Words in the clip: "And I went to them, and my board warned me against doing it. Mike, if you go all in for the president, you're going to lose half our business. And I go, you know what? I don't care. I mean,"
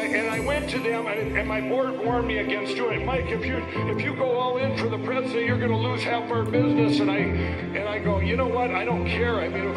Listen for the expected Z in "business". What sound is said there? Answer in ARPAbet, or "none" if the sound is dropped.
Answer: Z